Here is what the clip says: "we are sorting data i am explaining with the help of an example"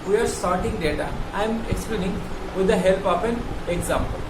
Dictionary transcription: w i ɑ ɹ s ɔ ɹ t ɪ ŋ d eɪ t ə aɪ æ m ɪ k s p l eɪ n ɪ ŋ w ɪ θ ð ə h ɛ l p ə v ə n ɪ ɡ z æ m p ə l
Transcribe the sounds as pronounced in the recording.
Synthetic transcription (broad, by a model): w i ɑ ɹ s ɔ ɹ t ɪ ŋ d eɪ t ə aɪ m ɪ k s p l eɪ n ɪ ŋ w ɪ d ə h ɛ l p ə f ə n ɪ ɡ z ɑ m p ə l